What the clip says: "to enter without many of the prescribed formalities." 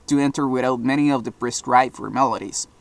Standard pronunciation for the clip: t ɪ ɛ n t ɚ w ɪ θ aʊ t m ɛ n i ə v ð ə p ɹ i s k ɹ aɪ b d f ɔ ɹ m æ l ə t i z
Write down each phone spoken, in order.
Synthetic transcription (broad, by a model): t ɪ ɛ n t ɚ w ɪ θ aʊ t m ɛ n i ə v ð ə b ɹ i s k ɹ aɪ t f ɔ ɹ m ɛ l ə t i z